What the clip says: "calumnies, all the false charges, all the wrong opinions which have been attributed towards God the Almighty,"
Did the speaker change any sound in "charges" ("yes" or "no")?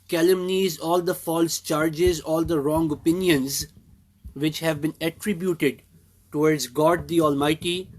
no